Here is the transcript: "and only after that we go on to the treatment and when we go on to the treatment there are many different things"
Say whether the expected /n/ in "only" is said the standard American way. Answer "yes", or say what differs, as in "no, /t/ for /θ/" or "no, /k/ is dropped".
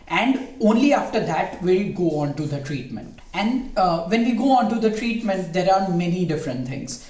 yes